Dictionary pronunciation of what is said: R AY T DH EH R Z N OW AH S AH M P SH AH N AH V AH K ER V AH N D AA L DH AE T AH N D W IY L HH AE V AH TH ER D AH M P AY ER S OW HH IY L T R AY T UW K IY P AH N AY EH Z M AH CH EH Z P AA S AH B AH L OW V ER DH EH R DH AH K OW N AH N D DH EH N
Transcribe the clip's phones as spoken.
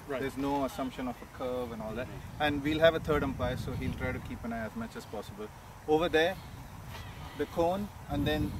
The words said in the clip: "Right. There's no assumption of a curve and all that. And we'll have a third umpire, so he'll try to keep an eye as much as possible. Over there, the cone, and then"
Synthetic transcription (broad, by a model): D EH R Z N OW AH S AH M P SH AH N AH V AH K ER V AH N AA L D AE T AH N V IY L HH AE V AH T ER D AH M P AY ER S OW HH IY L T R AY T UW K IY P AH N AY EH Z M AH CH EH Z P AA S AH B AH L OW V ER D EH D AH K OW N AH N D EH N